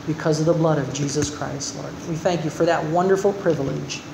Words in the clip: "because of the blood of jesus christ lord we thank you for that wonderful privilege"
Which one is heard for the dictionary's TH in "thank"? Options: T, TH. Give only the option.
TH